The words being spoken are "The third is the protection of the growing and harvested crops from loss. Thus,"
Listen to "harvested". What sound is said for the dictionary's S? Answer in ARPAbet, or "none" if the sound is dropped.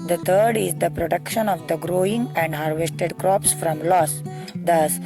S